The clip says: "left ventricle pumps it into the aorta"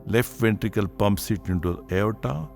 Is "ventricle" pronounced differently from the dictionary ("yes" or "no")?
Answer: no